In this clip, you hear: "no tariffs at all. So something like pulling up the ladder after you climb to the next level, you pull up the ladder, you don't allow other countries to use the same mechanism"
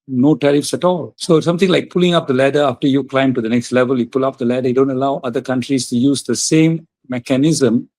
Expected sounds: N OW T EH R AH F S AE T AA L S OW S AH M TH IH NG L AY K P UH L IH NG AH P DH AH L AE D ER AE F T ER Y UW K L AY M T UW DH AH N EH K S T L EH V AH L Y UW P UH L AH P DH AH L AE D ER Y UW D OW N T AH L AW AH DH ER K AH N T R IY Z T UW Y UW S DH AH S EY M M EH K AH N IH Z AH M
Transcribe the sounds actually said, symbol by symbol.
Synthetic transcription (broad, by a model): N OW T EH R AH F S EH T AA L S OW S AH M T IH NG L AY K P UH L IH NG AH P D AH L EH D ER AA F T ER Y UW K L AY M T UW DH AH N EH K S T L EH V AH L Y UW P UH L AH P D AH L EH D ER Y D OW N T AH L AW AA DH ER K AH N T R IY S T UW Y UW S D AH S EY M M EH K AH N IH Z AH M